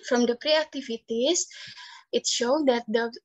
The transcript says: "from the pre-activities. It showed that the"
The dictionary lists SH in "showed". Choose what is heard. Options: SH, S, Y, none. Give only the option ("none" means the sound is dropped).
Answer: SH